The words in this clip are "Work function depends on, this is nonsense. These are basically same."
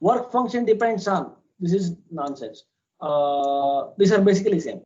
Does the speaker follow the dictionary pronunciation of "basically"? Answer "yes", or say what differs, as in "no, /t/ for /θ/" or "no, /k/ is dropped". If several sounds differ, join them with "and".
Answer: yes